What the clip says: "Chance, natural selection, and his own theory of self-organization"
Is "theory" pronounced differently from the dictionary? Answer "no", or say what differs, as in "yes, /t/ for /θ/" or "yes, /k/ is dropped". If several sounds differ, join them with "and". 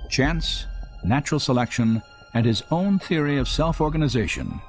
no